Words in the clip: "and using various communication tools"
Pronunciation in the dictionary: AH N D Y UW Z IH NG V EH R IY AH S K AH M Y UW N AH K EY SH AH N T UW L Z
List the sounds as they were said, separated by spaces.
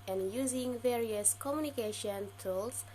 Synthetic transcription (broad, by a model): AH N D Y UW Z IH NG V EH R IY AH S K AH M Y UW N AH K EY SH AH N T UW L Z